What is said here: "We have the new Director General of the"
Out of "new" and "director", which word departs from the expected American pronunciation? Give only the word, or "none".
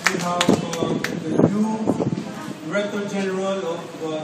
director